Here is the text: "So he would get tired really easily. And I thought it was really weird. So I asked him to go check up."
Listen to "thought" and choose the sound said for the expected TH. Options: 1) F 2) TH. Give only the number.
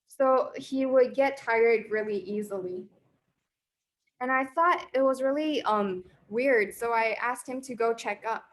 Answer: 2